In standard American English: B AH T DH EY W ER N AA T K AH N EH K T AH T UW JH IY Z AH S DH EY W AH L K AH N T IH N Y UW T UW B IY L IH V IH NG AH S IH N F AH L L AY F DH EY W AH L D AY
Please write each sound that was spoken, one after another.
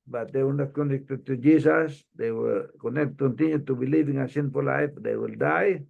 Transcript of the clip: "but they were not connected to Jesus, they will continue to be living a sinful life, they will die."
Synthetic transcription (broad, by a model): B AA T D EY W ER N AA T K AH N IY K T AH T UW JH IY S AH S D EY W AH N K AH N T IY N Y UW T UW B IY L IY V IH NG AH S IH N P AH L L AY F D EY W AH L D AY